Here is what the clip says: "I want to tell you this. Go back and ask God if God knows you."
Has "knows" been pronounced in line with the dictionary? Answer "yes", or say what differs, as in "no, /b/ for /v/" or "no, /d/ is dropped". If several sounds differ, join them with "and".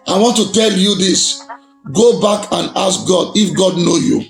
no, /z/ is dropped